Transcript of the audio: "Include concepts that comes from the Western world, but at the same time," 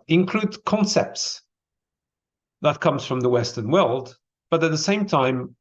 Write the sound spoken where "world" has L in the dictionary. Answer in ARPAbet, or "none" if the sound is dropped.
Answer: L